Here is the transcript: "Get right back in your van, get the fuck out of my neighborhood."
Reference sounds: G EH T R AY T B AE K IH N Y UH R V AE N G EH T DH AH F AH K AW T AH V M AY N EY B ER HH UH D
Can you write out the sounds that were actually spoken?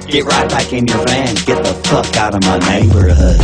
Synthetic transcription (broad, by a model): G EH T R AY T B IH K IH N Y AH R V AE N G EH T DH AH P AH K AW T AH V M AY N EY B ER HH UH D